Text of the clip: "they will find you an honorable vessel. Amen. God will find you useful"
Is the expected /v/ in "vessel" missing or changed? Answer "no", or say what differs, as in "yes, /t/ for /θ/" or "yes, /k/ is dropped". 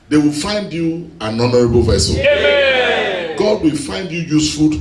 no